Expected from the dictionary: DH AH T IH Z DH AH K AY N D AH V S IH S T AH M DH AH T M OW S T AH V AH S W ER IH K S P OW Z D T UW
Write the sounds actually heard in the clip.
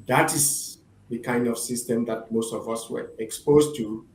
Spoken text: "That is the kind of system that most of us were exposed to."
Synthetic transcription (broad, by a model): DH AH T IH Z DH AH K AY N D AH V S IH S T AH M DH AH T M OW S T AH V AH S W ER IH K S P OW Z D T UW